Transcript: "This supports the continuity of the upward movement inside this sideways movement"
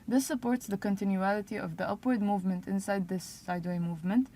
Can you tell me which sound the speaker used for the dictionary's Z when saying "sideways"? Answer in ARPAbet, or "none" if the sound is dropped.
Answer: none